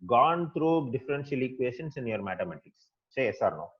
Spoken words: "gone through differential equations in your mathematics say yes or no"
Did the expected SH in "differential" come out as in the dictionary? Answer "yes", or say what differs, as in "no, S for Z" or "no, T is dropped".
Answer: no, S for SH